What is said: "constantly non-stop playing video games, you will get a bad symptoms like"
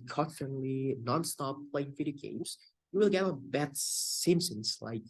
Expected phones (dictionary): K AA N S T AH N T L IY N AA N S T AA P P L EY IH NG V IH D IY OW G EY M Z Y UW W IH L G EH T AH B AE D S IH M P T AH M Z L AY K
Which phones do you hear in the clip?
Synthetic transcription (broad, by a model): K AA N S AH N L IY N AA N S T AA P P L EY IH NG F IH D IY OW G EY M Z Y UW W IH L G EH T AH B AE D S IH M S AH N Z L AY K